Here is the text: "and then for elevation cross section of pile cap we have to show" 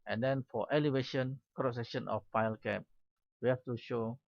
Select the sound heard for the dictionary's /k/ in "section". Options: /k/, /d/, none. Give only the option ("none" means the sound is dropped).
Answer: none